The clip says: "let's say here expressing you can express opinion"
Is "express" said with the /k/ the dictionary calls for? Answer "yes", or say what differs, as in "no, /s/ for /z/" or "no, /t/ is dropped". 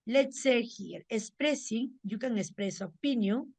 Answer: no, /k/ is dropped